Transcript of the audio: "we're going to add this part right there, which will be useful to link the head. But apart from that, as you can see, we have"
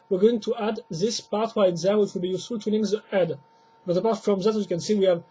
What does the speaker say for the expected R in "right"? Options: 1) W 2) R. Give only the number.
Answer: 1